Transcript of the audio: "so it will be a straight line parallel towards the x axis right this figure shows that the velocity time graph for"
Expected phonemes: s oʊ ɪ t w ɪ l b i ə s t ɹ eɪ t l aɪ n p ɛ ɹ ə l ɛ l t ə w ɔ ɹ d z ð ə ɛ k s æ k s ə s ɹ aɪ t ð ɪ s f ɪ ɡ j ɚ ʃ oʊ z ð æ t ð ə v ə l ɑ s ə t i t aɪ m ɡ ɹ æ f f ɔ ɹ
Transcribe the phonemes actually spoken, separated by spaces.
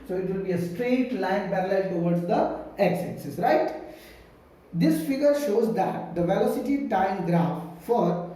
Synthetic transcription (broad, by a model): s oʊ ɪ t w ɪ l b i ə s t ɹ eɪ t l aɪ n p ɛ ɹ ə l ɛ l t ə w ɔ ɹ d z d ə ɛ k s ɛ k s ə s ɹ aɪ t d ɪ s f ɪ ɡ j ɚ ʃ oʊ z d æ t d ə v ə l ɑ s ə t i t aɪ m ɡ ɹ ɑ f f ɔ ɹ